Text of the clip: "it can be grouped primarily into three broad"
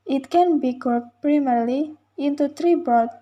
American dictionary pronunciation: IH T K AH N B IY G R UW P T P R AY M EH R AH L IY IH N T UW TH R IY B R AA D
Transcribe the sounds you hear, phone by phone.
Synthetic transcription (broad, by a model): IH T K AH N B IY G UW T P R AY M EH R L IY IH N T UW T R IY B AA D